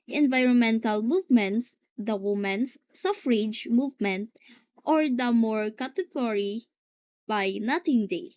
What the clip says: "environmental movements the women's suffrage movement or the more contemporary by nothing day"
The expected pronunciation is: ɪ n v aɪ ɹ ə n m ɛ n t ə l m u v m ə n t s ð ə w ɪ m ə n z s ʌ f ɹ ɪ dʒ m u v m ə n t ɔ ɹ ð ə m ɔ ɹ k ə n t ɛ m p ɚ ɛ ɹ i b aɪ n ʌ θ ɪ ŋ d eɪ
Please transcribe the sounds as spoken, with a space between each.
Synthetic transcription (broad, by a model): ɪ n v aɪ ɹ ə n m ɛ n t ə l m u v m ə n t s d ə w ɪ m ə n s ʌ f ɹ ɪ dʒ m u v m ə n t ɔ ɹ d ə m ɔ ɹ k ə t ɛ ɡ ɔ ɹ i b aɪ n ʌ t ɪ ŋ d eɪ